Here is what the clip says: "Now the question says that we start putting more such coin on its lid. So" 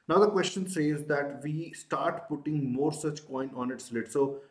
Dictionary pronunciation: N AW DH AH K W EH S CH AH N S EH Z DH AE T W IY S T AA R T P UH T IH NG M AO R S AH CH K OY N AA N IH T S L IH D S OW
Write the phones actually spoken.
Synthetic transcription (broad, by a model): N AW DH AH K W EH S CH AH N S EH Z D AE T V IY S T AA R T P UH T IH NG M AO R S AH CH K OY N AA N IH T S L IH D S OW